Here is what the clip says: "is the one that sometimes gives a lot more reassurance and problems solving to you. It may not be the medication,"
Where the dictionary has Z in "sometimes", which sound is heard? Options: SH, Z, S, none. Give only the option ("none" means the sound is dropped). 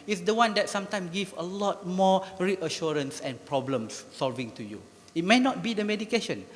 none